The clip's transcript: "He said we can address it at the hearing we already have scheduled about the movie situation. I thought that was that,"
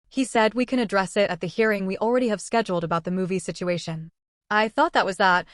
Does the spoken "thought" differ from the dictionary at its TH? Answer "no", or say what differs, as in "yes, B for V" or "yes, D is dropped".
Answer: no